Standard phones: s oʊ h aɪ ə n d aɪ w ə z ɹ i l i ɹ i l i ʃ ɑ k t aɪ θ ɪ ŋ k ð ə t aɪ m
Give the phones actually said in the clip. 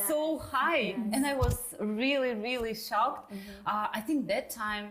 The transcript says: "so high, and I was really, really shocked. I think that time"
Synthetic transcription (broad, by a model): s oʊ h aɪ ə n aɪ w ə z ɹ i l i ɹ i l i ʃ ɑ k t aɪ θ ɪ ŋ k ð ə t aɪ m